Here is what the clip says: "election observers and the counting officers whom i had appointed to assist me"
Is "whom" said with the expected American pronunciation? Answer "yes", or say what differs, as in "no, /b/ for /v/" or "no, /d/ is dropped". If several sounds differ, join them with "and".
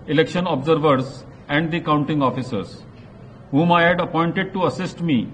yes